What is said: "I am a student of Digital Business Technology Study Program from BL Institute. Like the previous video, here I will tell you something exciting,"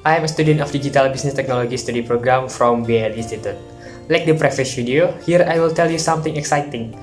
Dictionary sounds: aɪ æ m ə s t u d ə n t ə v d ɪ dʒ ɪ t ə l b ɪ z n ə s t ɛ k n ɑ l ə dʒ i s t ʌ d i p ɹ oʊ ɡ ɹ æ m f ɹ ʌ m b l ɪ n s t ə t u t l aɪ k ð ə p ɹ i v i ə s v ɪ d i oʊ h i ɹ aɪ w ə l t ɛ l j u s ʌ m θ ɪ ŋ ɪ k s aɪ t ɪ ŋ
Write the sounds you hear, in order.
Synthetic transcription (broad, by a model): aɪ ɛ m ə s t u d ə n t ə f d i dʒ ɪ t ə l b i s n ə s t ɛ k n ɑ l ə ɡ i s t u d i p ɹ oʊ ɡ ɹ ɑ m f ɹ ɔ m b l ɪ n s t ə t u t l aɪ k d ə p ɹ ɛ f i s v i d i oʊ h i ɹ aɪ w ə l t ɛ l j u s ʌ m t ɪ ŋ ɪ k s aɪ t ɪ ŋ